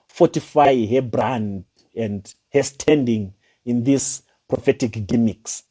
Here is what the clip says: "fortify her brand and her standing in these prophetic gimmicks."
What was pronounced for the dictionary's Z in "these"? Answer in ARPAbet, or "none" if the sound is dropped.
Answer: S